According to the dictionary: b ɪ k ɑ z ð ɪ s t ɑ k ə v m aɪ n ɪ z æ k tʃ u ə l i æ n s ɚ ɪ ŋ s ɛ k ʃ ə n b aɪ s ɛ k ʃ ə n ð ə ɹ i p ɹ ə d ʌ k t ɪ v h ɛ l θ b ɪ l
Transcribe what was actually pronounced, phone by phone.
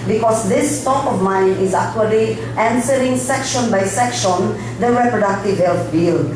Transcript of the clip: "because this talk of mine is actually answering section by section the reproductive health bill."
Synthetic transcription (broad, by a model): b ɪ k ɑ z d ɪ s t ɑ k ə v m aɪ n ɪ z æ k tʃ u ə l i æ n s ɚ ɪ ŋ s ɛ k ʃ ə n b aɪ s ɛ k ʃ ə n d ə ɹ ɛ p ɹ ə d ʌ k t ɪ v h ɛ l t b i l